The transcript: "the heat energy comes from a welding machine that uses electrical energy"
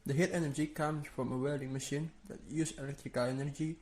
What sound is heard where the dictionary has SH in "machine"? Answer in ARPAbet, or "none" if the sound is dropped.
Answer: SH